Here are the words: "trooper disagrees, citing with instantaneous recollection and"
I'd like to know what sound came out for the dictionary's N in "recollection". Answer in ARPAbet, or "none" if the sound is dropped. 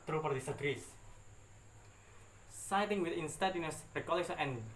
none